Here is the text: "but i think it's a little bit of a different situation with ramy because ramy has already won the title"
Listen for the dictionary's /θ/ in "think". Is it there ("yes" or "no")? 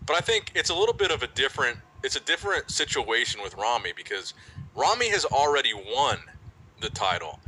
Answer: yes